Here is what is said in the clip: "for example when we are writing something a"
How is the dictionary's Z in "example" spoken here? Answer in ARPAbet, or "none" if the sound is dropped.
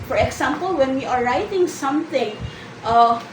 S